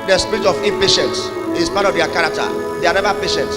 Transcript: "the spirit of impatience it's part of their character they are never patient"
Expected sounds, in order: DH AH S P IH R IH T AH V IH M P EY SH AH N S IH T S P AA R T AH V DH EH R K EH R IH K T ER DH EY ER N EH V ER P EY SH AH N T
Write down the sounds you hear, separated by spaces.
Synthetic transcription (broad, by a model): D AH S P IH R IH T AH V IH P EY SH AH N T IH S P AA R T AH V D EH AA K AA R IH K T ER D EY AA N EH V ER P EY SH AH N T